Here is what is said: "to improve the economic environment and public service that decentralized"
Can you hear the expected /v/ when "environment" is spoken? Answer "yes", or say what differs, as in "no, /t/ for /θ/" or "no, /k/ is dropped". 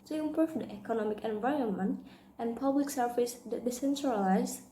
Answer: yes